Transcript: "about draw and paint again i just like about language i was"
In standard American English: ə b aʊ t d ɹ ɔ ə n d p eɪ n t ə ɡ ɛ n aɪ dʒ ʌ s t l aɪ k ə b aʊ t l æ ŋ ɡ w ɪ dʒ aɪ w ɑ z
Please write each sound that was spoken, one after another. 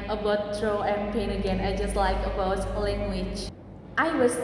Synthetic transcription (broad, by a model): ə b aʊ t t ɹ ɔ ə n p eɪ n ə ɡ ɛ n aɪ dʒ ʌ s t l aɪ k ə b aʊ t l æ ŋ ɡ w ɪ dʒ aɪ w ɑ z